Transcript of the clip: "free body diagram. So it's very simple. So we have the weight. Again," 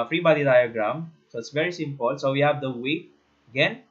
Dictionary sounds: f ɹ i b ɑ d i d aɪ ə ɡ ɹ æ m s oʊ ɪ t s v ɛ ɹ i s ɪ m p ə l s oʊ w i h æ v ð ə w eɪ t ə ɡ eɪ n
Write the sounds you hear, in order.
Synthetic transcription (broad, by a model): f ɹ i b ɑ d i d aɪ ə ɡ ɹ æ m s oʊ ɪ t s v ɛ ɹ i s ɪ m p ə l s oʊ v i h æ v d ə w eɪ ə ɡ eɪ n